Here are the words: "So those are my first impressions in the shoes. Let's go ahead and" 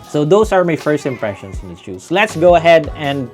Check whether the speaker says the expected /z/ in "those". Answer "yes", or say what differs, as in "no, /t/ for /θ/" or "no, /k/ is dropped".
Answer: no, /s/ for /z/